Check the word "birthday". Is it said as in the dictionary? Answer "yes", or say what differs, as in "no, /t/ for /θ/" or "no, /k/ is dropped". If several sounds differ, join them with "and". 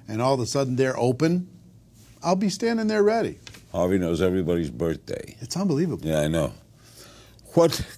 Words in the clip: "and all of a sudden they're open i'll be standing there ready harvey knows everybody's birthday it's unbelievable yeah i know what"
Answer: yes